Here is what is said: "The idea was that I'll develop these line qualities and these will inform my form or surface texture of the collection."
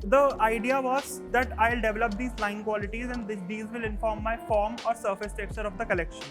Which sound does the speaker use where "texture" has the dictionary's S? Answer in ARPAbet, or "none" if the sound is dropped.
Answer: none